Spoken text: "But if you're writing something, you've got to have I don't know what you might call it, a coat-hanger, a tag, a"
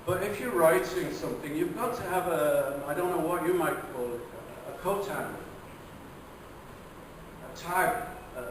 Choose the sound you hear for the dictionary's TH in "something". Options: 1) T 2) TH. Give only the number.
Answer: 2